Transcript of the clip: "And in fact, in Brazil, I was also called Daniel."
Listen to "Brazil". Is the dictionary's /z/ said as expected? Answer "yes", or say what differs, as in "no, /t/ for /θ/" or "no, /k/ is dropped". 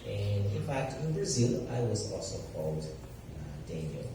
yes